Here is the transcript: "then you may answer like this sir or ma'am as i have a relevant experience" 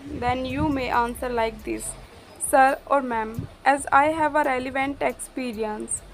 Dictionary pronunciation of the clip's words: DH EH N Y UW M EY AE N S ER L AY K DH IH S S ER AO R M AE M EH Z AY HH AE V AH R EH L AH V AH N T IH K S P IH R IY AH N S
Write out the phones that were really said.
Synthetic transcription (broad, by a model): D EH N Y UW M EY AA N S ER L AY K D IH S S ER AO R M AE M EH Z AY HH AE V AH R EH L AH V AH N T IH K S P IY R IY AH N S